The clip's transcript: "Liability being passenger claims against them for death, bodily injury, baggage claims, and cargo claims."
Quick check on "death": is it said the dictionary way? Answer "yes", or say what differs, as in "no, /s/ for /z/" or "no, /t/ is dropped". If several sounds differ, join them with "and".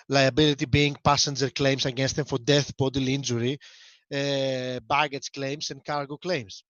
yes